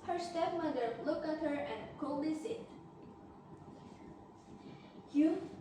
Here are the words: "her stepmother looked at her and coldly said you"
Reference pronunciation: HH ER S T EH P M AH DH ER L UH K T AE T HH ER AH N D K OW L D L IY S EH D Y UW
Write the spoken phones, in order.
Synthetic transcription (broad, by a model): HH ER S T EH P M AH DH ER L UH K AE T HH ER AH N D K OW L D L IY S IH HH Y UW